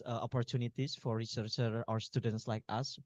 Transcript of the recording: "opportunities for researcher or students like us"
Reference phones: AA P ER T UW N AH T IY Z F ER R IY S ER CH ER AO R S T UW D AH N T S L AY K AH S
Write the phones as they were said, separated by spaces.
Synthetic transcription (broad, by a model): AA P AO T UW N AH T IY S F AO R IY S ER CH ER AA W S T UW D AH N T S L AY K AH S